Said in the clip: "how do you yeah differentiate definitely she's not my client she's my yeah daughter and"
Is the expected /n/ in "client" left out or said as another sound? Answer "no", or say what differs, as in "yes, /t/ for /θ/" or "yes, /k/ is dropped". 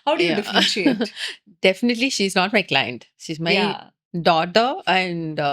no